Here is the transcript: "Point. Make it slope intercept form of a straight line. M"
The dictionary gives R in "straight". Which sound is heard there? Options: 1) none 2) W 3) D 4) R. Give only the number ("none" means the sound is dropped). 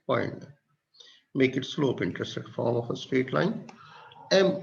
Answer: 1